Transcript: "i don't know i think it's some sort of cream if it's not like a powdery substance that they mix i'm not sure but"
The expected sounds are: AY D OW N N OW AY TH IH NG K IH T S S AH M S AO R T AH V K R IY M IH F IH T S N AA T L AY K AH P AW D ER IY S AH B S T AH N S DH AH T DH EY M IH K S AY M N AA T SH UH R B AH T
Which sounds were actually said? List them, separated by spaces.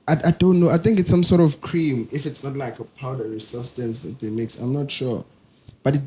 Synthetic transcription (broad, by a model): AY D OW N N OW AY TH IH NG K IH T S S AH M S AO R T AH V K R IY M IH F IH T S N AA T L AY K AH P AW D ER IY S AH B S T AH N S DH AH T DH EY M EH K S AY M N AA T SH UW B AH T